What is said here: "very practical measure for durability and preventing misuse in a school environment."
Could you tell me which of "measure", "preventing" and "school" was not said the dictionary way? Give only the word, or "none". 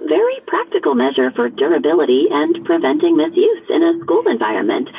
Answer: none